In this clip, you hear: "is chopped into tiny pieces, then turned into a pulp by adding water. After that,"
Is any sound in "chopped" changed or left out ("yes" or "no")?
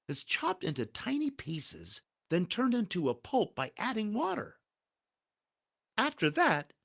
no